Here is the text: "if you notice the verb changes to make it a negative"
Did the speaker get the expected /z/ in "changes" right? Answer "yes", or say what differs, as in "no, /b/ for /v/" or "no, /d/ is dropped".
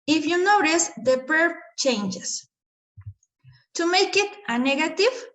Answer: no, /s/ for /z/